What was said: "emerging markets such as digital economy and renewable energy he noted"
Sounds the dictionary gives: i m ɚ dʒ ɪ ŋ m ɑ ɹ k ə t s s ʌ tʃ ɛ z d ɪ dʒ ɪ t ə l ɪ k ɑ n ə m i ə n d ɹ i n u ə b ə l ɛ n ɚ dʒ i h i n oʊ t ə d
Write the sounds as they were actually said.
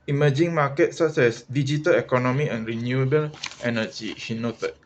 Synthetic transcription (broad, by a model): i m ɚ dʒ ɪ ŋ m ɑ k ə t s s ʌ s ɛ s d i dʒ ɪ t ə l ɪ k ɑ n ə m i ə n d ɹ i n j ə b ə l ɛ n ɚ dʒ i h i n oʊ t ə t